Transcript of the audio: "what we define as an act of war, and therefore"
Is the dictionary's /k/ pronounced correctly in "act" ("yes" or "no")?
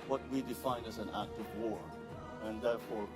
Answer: yes